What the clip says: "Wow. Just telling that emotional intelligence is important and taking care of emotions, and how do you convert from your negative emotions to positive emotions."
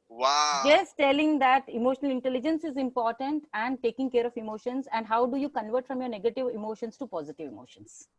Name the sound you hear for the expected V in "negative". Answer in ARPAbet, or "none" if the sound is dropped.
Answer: V